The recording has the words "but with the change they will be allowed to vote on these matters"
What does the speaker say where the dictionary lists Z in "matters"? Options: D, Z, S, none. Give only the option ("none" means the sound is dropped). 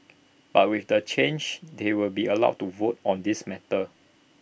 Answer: none